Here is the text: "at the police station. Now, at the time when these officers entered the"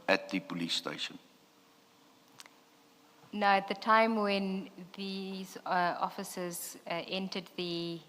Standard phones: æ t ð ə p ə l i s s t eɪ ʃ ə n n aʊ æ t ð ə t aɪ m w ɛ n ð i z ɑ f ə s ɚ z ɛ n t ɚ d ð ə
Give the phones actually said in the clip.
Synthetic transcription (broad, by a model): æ t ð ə p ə l i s s t eɪ ʃ ə n n aʊ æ t ð ə t aɪ m w ɛ n ð i z ɑ f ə s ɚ z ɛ n t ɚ d ð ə